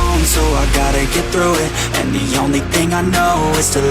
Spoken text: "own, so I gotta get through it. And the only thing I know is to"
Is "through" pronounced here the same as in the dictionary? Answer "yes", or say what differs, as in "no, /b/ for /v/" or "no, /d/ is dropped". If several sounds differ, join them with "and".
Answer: yes